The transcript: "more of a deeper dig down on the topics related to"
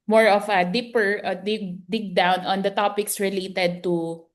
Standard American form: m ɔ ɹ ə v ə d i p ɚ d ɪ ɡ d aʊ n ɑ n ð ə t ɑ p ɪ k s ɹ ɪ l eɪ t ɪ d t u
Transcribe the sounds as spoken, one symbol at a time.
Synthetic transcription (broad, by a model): m ɔ ɹ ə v ə d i p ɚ d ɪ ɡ d aʊ n ɑ n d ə t ɑ p ɪ k s ɹ ɪ l eɪ t ɪ d t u